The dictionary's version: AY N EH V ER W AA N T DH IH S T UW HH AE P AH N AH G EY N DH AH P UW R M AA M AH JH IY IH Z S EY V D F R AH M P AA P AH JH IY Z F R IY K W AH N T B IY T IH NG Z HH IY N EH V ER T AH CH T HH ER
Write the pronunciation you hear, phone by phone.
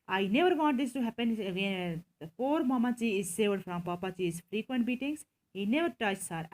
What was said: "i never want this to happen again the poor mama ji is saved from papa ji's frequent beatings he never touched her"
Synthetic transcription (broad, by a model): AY N EH V ER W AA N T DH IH S T UW HH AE P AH N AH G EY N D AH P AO R M AA M AH CH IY IH Z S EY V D F R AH M P AA P AH CH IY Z F R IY K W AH N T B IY T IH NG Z HH IY N EH V ER T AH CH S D